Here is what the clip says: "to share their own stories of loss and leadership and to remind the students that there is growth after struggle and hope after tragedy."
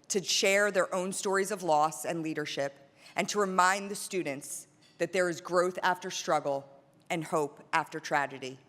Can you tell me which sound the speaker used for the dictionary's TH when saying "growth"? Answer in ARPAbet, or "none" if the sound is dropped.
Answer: TH